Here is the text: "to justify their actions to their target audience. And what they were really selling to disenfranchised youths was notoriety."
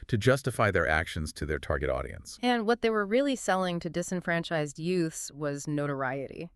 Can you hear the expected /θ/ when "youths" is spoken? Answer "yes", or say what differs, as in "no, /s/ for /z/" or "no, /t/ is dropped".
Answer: yes